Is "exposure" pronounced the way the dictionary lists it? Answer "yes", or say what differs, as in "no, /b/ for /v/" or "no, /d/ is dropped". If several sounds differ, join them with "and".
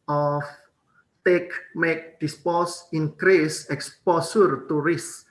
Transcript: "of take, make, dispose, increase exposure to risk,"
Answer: no, /s/ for /ʒ/